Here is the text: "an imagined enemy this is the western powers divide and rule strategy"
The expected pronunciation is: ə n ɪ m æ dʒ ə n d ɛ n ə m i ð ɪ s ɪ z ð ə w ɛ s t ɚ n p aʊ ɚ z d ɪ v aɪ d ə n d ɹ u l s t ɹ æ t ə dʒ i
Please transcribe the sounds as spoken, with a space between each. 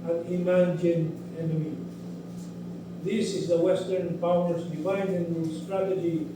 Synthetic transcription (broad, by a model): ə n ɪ m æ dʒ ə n ɛ n ə m i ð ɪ s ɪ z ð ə w ɛ s t ɚ n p aʊ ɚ s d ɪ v aɪ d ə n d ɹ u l s t ɹ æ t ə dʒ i